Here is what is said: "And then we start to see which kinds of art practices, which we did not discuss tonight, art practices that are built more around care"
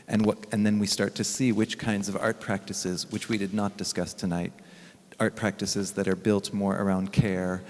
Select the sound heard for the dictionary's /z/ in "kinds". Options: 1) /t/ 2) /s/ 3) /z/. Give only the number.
3